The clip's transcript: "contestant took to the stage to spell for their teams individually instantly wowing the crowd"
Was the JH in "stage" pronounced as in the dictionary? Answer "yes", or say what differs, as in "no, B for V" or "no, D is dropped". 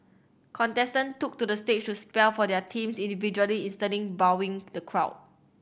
no, CH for JH